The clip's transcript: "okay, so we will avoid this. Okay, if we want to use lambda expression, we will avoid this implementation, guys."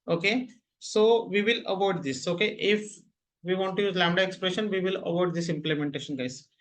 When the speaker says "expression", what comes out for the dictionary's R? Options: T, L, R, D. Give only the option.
R